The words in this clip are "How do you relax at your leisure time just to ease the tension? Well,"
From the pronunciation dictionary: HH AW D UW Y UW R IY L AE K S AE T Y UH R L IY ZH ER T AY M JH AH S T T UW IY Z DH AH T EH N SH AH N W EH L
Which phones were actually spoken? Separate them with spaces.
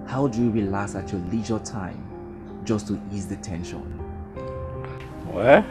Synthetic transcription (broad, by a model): HH AW D UW Y UW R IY L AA S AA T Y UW L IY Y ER T AY M JH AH S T T UW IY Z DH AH T EH N SH AH N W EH